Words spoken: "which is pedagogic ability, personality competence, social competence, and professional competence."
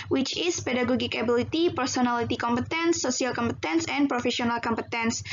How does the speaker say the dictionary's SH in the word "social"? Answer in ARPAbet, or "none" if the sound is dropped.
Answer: none